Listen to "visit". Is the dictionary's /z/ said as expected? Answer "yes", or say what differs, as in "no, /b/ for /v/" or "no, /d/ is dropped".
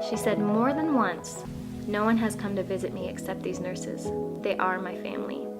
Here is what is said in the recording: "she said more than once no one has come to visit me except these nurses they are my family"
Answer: yes